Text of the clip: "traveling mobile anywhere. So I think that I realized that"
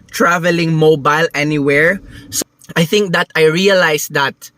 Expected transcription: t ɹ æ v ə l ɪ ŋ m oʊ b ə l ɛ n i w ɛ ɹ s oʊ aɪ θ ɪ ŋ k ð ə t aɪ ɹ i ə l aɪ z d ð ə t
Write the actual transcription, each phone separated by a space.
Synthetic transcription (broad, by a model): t ɹ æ v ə l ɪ ŋ m oʊ b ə l ɛ n i w ɛ ɹ s aɪ θ ɪ ŋ k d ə t aɪ ɹ i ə l aɪ s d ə t